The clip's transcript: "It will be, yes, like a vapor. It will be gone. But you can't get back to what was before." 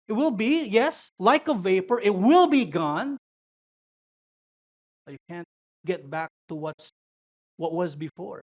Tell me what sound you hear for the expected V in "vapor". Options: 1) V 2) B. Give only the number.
1